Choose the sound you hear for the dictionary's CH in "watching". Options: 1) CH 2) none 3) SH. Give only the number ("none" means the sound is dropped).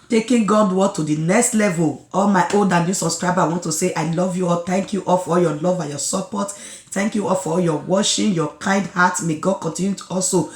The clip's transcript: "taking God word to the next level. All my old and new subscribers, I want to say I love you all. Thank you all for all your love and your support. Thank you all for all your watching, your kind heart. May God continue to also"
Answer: 3